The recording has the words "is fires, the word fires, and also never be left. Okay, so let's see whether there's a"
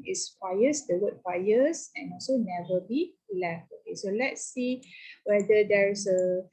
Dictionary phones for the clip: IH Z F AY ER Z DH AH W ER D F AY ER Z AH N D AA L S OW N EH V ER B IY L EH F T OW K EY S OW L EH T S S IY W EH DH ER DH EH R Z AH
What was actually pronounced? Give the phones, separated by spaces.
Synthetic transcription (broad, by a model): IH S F AY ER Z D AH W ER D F AY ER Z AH N AA L S OW N EH V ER B IY L EH F T OW K EY S OW L EH T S S IY W EH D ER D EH R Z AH